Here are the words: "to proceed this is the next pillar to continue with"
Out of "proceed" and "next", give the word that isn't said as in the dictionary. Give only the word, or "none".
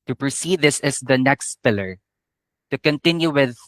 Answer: none